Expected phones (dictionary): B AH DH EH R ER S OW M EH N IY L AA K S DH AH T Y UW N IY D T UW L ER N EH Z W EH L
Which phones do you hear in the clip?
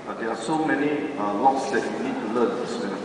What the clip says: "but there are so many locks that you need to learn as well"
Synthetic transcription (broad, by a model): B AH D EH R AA S OW M EH N IY L AA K S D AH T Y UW N IY D T UW L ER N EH S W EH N